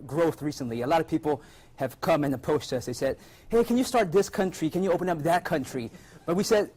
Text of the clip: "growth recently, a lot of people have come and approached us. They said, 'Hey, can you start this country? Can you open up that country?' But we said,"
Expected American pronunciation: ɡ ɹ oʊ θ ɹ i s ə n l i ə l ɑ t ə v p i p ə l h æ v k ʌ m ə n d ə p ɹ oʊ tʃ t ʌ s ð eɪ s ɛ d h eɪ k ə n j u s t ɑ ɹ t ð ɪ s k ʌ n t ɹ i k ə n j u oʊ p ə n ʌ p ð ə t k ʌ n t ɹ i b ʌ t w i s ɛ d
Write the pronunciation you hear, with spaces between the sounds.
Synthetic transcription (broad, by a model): ɡ ɹ oʊ θ ɹ i s ə n l i ə l ɑ t ə v p i p l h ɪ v k ʌ m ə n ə p oʊ s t ʌ s ð eɪ s ɛ d h eɪ k ə n j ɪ s t ɑ ɹ t ð ɪ s k ʌ n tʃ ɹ i k ə n j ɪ oʊ p ə n ʌ p ð ə t k ʌ n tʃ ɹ i b ʌ t w i s ɛ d